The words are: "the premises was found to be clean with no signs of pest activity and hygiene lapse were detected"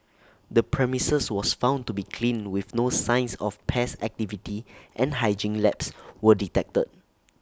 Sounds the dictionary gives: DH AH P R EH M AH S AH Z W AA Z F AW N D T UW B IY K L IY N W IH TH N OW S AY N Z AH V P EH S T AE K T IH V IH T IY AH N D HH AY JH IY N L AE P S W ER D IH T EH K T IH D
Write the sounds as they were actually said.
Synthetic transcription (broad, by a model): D AH P R EH M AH S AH S W AA S F AW N T UW B IY K L IY N W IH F N OW S AY N S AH F P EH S AE K T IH V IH T IY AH N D HH AY JH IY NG L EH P S W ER D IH T EH K T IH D